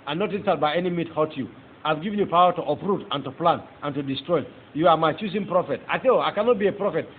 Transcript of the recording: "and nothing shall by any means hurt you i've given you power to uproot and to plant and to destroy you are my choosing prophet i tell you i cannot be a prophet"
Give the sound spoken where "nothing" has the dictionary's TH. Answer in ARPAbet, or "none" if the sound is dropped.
T